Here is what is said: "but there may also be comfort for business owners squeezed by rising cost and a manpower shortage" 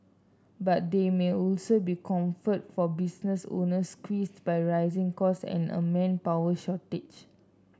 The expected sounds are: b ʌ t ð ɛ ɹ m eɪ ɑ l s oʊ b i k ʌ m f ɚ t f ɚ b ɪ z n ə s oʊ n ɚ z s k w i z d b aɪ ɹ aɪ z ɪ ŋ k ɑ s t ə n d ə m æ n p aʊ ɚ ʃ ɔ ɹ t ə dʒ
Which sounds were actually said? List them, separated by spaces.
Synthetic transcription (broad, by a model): b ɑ t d ɛ m eɪ ɑ l s oʊ b i k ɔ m f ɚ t f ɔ b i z n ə s oʊ n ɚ s k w i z b aɪ ɹ aɪ z ɪ ŋ k ɑ s ə n ə m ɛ n p aʊ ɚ ʃ ɔ t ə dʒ